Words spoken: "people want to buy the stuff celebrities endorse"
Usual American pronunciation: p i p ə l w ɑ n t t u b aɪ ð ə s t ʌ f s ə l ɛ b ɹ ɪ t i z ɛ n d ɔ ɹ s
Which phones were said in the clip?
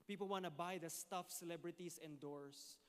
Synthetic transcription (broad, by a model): p i p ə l w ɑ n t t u b aɪ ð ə s t ʌ f s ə l ɛ b ɹ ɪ t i s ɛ n d ɔ ɹ s